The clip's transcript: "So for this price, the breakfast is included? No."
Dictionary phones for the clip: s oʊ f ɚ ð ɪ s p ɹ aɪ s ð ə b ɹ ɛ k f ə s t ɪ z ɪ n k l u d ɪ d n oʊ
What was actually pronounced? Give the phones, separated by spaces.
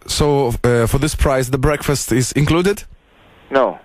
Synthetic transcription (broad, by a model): s oʊ f ɚ ð ɪ s p ɹ aɪ s ð ə b ɹ ɛ k f ə s t ɪ z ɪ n k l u d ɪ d n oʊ